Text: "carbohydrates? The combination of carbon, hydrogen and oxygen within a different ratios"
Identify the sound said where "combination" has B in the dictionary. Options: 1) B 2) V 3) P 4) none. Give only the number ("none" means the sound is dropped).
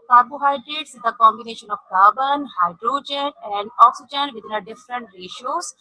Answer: 1